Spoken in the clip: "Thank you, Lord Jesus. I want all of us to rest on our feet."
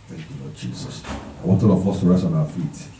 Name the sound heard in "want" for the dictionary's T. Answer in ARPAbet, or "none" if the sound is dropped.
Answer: T